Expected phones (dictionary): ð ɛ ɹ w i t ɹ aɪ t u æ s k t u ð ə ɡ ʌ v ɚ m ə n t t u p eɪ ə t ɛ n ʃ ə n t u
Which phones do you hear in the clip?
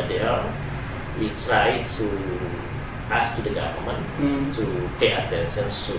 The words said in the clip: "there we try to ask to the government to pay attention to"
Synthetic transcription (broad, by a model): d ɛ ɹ w i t ɹ aɪ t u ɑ s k t u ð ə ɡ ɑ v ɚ m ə n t t u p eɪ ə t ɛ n s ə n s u